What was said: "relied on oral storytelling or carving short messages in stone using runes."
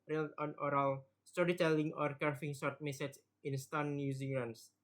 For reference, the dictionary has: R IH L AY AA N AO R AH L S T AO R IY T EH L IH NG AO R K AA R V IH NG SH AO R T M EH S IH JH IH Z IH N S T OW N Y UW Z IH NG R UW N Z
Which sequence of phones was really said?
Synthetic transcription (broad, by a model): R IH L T AA N AO R AH L S T AO R IY T EH L IH NG AO R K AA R F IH NG S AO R T M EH S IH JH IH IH N S T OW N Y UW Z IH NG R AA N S